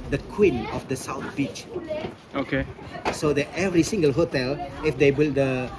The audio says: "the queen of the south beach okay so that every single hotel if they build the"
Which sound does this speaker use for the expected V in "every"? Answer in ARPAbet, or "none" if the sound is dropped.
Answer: V